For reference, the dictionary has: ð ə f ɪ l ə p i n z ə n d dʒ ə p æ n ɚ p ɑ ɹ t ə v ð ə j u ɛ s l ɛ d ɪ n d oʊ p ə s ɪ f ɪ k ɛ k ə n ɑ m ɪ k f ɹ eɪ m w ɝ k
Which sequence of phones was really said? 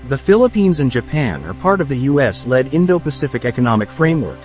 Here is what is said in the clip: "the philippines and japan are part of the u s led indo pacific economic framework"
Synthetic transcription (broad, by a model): ð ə f ɪ l ə p i n z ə n dʒ ə p æ n ɚ p ɑ ɹ t ə v ð ə j u ɛ s l ɛ d ɪ n d oʊ p ə s ɪ f ɪ k ɛ k ə n ɑ m ɪ k f ɹ eɪ m w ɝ k